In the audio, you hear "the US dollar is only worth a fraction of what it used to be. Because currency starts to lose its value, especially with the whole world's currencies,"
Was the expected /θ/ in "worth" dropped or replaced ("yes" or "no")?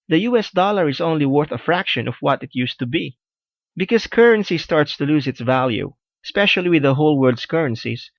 no